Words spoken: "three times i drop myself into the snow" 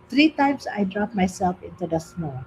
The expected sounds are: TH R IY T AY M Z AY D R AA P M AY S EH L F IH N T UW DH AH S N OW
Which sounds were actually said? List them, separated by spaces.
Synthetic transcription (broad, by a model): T R IY T AY M S AY D R AA P M AY S EH L F IH N T UW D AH S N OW